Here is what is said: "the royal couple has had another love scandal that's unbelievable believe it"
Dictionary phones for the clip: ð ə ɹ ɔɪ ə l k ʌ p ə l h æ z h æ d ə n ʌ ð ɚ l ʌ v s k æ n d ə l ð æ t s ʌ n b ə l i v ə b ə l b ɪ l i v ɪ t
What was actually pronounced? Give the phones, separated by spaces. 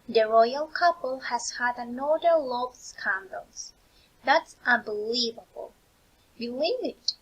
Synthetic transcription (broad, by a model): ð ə ɹ ɔɪ ə l k ʌ p ə l h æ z h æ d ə n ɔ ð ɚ l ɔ b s k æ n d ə l ð æ t s ʌ n b ə l i v ə b ə l b ɪ l i v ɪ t